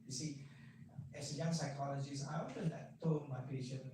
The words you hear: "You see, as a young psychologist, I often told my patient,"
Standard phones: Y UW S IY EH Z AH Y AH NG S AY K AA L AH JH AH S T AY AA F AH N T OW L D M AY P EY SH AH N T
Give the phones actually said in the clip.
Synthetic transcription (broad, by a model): Y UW S IY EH S AH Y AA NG S AY K AA L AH JH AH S AY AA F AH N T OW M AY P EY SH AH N